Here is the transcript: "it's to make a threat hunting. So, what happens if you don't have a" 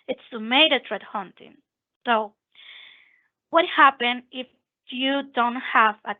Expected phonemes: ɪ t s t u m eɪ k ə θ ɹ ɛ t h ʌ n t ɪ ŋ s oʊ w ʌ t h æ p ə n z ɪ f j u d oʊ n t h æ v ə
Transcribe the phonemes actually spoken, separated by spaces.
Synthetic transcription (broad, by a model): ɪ t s t u m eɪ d ə t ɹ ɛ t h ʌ n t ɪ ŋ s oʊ w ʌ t h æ p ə n ɪ f j u d oʊ n t h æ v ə